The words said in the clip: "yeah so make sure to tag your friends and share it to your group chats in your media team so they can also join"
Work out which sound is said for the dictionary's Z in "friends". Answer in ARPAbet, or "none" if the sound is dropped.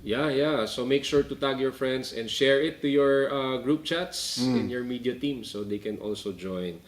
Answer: S